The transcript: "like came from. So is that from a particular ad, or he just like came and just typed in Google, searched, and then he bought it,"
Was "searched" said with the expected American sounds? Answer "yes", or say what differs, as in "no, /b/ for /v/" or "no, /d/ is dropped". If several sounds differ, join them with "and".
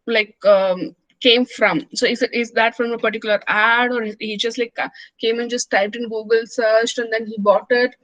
yes